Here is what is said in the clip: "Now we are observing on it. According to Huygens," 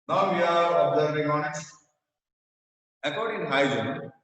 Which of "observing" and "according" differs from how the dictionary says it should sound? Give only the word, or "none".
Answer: observing